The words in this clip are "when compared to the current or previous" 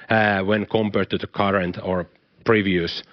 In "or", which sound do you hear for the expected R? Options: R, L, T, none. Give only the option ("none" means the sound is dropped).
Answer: R